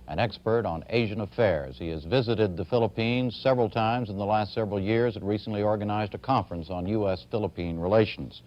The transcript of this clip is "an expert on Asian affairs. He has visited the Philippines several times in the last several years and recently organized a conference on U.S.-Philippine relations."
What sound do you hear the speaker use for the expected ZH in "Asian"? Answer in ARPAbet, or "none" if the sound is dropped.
ZH